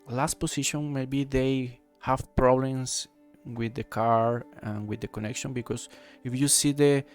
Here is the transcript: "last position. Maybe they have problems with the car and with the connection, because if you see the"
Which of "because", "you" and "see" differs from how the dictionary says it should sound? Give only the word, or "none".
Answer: because